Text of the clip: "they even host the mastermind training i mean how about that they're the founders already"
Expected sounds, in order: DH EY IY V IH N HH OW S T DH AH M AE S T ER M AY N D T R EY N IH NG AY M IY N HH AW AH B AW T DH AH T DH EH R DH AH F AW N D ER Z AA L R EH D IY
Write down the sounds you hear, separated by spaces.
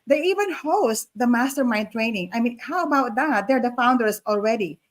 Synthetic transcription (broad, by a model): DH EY IY V IH N HH OW S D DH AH M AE S T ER M AY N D T R EY N IH NG AY M IY N HH AW AH B AW T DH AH T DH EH R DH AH F AW N D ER S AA L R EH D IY